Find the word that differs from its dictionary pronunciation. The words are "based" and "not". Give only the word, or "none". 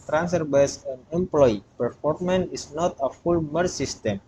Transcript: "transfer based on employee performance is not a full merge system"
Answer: based